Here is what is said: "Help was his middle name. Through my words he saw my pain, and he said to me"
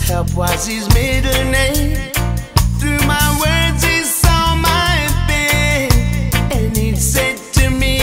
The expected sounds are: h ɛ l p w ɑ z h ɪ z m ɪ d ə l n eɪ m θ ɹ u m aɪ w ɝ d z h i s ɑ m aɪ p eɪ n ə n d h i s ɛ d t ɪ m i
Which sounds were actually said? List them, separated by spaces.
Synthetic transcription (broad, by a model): h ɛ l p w ɑ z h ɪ z m ɪ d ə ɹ n eɪ m θ ɹ u m aɪ w ɝ d z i s ɑ m aɪ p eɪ ə n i s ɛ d t ɪ m i